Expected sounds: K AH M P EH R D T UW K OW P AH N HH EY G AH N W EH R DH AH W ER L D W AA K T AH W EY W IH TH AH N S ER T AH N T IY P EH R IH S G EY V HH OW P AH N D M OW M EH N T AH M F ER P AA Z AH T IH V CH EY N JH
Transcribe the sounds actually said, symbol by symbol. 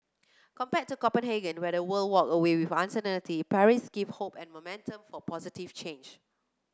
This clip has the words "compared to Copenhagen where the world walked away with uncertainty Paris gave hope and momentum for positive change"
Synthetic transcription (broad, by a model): K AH M P EH T UW K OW P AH N HH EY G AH N W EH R AH W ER L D W AA K AH W EY W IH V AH N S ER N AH L T IY P EH R IH S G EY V HH OW P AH N M OW M EH N T AH M F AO P AA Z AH T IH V CH EY N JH